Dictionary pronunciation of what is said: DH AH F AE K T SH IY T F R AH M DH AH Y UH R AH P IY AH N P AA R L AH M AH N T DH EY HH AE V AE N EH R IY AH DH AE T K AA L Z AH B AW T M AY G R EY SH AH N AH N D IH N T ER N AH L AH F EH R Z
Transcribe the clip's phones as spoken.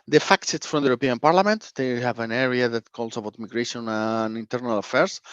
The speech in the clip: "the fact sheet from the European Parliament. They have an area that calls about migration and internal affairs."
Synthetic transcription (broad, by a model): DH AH F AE K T S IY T F R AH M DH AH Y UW R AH P IY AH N P AA R L AH M AH N T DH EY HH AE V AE N EH R IY AH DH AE T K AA L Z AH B AW T M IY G R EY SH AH N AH N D IH N T ER N AH L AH F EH R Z